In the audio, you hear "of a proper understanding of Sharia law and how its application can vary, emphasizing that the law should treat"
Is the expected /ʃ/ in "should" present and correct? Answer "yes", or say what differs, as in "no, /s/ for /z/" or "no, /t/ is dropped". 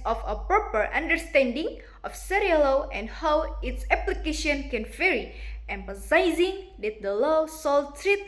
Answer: no, /s/ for /ʃ/